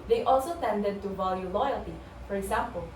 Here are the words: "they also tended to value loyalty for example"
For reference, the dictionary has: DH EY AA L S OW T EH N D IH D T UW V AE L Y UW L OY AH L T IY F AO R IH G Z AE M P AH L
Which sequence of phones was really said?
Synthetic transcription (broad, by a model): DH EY AA L S OW T EH N D IH D T UW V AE L Y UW L OY AH L T IY F AO R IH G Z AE M P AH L